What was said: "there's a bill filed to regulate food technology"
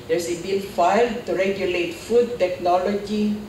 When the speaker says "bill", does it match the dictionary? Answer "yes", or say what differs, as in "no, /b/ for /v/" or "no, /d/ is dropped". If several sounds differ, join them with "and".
no, /n/ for /l/